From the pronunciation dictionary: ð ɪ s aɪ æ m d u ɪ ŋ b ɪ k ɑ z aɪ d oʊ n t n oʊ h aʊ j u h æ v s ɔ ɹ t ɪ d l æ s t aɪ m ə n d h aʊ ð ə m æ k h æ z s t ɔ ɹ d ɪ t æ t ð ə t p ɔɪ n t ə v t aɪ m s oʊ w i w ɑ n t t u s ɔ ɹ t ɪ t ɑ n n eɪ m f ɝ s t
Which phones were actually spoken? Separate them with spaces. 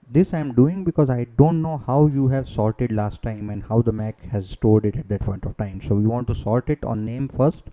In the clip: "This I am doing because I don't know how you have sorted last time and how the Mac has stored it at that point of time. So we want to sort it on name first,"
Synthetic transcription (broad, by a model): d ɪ s aɪ m d u ɪ ŋ b ɪ k ɑ z aɪ d oʊ n t n oʊ h aʊ j u h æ v s ɔ l t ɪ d l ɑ s t aɪ m ə n d h aʊ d ə m æ k h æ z s t ɔ l d ɪ t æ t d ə t p ɔɪ n t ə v t aɪ m s oʊ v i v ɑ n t t u s ɔ l t ɪ t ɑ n n eɪ m f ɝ s t